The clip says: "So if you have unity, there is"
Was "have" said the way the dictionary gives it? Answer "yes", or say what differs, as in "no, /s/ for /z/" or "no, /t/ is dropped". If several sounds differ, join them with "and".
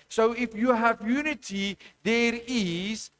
yes